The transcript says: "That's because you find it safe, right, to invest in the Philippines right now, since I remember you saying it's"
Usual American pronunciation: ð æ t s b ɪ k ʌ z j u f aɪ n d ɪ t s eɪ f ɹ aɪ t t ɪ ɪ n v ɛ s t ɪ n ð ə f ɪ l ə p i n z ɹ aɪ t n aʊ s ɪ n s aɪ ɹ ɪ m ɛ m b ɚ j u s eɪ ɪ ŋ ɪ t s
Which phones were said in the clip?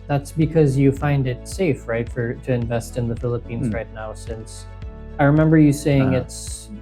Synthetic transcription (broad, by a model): ð æ t s b ɪ k ʌ z j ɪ f aɪ n d ɪ t s eɪ f ɹ aɪ t t ɪ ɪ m v ɛ s t ɪ n ð ə f ɪ l ə p i n z ɹ aɪ t n aʊ s ɪ n s aɪ ɹ ɪ m ɛ m b ɚ j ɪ s eɪ ɪ ŋ ɪ t s